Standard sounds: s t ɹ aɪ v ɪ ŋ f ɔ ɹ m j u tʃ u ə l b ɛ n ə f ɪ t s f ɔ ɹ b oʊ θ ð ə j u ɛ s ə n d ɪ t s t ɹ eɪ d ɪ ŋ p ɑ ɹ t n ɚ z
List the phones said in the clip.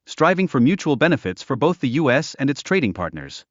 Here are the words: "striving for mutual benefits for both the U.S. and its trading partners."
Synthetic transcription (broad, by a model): s t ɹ aɪ v ɪ ŋ f ɔ ɹ m j u tʃ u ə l b ɛ n ə f ɪ t s f ɔ ɹ b oʊ θ ð ə j u ɛ s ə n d ɪ t s t ɹ eɪ d ɪ ŋ p ɑ ɹ t n ɚ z